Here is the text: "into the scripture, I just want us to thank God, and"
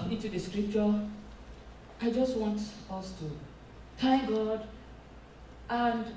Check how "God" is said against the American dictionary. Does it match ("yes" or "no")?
yes